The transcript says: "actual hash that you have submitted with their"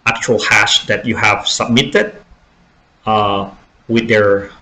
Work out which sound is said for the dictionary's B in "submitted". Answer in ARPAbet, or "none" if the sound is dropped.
B